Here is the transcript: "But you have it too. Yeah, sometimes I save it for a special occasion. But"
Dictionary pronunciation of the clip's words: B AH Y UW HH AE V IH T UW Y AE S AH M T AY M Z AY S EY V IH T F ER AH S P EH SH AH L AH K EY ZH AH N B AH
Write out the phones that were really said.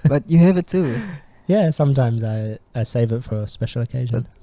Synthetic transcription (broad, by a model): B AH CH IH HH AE V IH T UW Y AE S AH M T AY M Z AY S EY V IH T F ER AH S P EH SH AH L AH K EY ZH AH N